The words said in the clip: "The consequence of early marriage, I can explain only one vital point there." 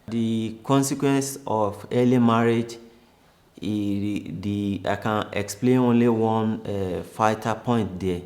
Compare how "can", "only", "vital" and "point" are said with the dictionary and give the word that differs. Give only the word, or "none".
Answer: vital